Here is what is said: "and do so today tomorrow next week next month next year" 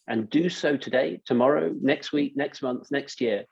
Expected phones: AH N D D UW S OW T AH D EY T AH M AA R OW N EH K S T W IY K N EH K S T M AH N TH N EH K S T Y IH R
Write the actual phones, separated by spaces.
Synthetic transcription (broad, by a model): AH N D D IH S OW T AH D EY T AH M AA R OW N EH K S T W IY K N EH K S T M AH N TH N EH K S T Y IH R